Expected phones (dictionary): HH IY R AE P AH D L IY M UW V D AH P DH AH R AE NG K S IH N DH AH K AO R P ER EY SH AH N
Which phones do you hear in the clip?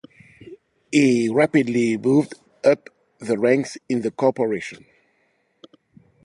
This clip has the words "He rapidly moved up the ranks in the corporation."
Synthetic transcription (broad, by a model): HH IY R AE P AH D L IY M UW V D AH P DH AH R AE NG K S IH N DH AH K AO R P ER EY SH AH N